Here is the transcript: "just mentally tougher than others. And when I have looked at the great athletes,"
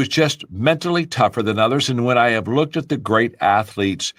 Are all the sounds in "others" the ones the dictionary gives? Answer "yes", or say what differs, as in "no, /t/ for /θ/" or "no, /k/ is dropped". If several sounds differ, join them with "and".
yes